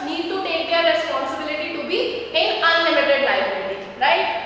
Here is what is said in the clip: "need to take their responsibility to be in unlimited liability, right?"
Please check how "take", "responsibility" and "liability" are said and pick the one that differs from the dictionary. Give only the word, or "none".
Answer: liability